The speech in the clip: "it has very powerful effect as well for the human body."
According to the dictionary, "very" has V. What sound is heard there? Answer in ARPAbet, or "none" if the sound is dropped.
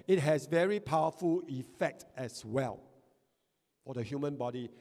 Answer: V